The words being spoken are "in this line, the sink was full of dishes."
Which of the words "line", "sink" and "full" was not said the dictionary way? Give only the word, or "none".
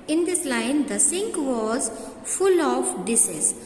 none